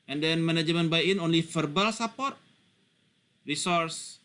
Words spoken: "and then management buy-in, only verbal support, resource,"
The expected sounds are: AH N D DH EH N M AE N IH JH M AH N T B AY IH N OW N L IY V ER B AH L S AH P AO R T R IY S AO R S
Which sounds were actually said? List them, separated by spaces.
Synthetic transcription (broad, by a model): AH N D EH N M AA N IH JH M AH N B AY IH N OW N L IY F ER B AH L S AH P AO R T R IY S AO R S